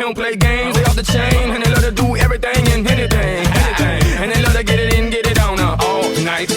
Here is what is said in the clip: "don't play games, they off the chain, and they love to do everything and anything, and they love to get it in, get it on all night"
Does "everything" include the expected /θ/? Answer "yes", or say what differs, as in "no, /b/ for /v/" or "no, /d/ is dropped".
yes